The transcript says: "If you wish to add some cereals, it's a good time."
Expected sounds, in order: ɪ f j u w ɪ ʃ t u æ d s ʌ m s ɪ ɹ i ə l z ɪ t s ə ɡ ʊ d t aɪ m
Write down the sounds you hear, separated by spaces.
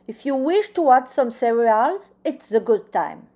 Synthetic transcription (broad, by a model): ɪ f j u w ɪ ʃ t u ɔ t s ʌ m s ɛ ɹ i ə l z ɪ t s ə ɡ ʊ d t aɪ m